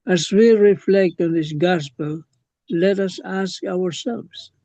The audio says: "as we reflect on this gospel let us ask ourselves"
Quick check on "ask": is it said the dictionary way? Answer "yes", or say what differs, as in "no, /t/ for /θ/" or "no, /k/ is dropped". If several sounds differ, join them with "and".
yes